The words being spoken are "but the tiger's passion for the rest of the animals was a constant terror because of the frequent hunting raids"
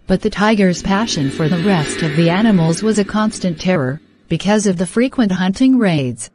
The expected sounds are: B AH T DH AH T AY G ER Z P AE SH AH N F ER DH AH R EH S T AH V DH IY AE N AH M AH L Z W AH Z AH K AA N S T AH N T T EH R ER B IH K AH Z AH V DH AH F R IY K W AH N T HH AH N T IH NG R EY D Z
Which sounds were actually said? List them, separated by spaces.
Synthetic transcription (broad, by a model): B AH T DH AH T AY G ER Z P AE SH AH N F ER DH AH R EH S T AH V DH IY AE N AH M L Z W AH Z AH K AA N S T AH N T T EH R ER B IH K AH Z AH V DH AH F R IY K W AH N T HH AH N T IH NG R EY D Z